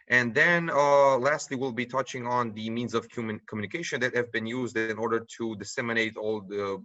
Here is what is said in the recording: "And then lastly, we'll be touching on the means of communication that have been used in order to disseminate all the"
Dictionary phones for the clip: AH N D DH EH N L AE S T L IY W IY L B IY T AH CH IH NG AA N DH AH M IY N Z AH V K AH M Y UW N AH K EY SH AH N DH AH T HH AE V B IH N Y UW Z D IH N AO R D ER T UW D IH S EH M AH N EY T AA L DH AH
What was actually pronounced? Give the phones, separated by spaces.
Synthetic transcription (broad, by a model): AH N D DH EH N L AE S T L IY W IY L B IY T AH CH IH NG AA N DH AH M IY N Z AH V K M M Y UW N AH K EY SH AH N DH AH T HH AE V B IH N Y UW Z D IH N AO R D ER T UW D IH S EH M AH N EY T AA L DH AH